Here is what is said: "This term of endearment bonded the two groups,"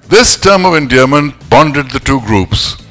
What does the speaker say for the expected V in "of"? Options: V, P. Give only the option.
V